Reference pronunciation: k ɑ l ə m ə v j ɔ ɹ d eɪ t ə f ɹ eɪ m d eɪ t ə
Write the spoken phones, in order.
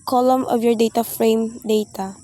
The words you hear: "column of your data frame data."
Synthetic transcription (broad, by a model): k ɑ l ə m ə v j ɔ ɹ d eɪ t ə f ɹ eɪ m d eɪ t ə